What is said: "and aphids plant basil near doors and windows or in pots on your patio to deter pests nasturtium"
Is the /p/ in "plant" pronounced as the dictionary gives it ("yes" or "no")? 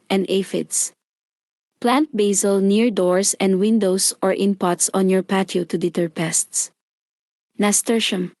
yes